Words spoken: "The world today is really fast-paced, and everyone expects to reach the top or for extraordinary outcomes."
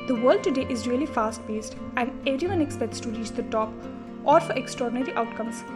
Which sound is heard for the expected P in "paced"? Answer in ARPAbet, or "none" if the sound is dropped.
B